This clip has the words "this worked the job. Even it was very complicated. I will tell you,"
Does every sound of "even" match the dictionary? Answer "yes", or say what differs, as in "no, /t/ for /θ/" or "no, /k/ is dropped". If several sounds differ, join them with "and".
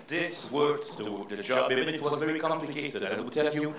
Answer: no, /v/ is dropped